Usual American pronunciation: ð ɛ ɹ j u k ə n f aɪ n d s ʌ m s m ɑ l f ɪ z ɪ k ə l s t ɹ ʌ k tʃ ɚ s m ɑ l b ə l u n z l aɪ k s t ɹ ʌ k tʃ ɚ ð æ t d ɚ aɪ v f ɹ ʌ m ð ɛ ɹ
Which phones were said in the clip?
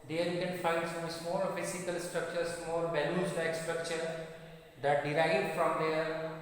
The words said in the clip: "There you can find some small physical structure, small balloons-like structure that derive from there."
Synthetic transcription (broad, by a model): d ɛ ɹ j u k ə n f aɪ n d s ʌ m s m ɑ l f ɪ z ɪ k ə l s t ɹ ʌ k tʃ ɚ s m ɑ l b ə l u z l aɪ k s t ɹ ʌ k tʃ ɚ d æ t d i aɪ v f ɹ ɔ m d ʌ ɹ